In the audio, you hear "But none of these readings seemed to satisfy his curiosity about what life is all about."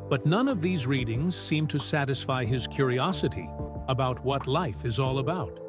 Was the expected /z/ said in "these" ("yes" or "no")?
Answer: yes